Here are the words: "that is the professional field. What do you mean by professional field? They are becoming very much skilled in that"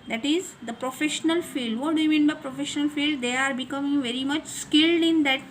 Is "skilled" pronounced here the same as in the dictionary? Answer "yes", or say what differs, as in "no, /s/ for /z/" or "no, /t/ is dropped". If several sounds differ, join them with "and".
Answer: yes